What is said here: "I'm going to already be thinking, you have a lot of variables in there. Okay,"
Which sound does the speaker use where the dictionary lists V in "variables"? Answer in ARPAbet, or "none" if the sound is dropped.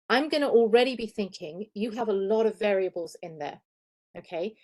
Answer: V